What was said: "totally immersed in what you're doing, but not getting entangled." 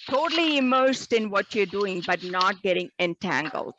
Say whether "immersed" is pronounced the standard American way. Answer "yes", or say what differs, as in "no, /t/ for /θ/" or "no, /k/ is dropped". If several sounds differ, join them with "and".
yes